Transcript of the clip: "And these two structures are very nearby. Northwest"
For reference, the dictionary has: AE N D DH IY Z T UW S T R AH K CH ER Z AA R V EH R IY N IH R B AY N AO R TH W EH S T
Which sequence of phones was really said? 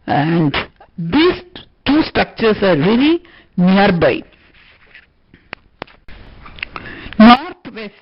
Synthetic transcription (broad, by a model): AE N D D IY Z T UW S T R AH K CH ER S AA R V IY L IY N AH R B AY N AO R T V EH S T